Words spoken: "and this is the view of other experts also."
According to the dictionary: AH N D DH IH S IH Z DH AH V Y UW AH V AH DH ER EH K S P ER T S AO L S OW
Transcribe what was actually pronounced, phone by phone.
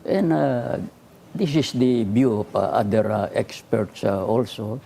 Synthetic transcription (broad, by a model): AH N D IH S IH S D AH B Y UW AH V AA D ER EH K S P ER T S AO L S OW